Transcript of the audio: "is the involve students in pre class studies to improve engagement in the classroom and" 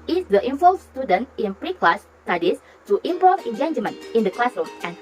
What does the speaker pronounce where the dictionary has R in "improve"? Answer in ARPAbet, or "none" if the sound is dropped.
none